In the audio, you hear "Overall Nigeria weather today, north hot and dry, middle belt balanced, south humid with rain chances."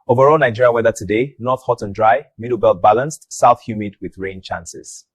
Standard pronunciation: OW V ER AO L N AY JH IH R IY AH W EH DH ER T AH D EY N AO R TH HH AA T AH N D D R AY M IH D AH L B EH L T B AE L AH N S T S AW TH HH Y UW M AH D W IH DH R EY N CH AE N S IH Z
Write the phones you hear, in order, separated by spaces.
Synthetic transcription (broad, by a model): OW V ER AO L N AY JH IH R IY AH W EH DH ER T AH D EY N AO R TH HH AA T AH N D D R AY M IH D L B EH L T B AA L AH N S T S AW TH HH Y UW M AH D W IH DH R EY N CH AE N S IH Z